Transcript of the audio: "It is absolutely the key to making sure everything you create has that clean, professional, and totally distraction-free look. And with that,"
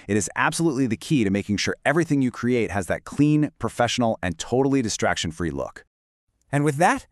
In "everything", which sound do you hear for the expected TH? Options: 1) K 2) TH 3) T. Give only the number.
2